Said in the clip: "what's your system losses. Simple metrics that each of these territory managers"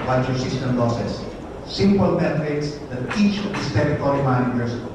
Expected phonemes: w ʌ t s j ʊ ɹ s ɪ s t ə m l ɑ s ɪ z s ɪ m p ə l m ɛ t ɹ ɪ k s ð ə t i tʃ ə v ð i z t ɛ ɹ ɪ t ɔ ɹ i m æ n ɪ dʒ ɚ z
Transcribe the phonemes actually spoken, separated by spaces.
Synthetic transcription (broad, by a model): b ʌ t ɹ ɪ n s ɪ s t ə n l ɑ s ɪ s s ɪ m p ə l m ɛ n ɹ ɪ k s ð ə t i tʃ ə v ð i s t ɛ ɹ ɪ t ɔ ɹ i m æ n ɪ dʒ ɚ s